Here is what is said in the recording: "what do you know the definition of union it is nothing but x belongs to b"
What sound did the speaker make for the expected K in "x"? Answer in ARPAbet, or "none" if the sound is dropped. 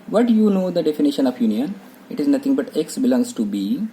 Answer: K